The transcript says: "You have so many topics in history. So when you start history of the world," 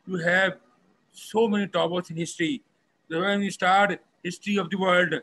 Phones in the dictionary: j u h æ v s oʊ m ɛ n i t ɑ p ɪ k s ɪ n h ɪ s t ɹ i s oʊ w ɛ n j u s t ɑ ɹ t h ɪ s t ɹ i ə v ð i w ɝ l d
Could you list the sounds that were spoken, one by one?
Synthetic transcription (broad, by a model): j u h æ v s oʊ m ɛ n i t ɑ b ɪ s ɪ n h ɪ s t ɹ i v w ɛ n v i s t ɑ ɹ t h ɪ s t ɹ i ə v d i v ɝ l d